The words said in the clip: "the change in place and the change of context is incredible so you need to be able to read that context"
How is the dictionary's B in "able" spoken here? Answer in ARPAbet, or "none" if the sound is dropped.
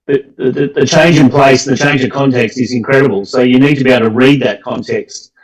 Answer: none